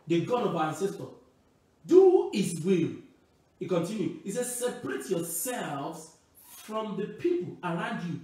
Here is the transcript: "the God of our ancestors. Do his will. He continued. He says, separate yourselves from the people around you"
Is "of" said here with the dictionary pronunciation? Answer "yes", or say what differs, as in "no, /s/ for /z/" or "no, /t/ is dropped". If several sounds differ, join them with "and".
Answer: no, /b/ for /v/